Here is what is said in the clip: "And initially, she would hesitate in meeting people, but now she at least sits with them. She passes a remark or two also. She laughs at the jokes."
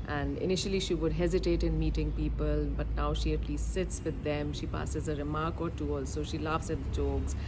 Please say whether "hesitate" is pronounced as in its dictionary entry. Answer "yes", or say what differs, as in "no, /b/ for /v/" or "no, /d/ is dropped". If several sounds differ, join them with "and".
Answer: yes